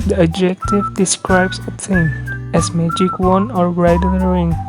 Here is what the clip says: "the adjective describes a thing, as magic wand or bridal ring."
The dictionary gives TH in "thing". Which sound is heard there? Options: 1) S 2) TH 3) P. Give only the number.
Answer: 1